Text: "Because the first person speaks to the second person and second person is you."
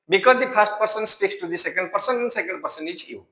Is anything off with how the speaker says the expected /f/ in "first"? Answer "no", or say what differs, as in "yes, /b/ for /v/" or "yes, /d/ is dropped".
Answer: yes, /p/ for /f/